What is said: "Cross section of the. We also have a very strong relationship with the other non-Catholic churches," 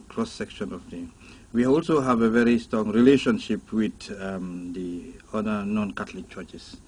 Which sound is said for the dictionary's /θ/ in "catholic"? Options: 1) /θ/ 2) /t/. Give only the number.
2